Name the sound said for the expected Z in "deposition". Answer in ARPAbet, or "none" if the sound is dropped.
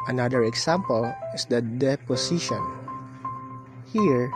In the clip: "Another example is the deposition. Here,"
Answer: S